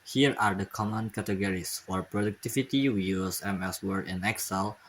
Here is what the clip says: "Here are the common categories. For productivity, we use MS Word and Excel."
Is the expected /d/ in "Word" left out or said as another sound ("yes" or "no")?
yes